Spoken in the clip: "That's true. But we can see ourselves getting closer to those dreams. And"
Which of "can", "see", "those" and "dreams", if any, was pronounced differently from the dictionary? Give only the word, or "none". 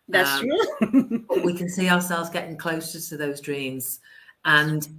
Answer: none